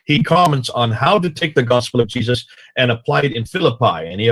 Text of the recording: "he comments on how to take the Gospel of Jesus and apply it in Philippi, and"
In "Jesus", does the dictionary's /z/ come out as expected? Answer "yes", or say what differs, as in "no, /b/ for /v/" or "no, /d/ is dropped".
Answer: yes